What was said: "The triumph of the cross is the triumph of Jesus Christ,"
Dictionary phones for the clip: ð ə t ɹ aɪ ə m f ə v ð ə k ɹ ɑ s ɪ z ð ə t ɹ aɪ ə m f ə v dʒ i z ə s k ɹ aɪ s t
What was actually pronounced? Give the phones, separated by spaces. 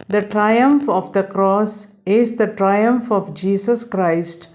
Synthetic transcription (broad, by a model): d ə t ɹ aɪ ə m f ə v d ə k ɹ ɑ s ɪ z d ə t ɹ aɪ ə m f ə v dʒ i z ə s k ɹ aɪ s t